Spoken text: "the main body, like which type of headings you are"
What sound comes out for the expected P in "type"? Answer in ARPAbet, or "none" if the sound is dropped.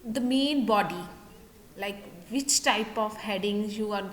P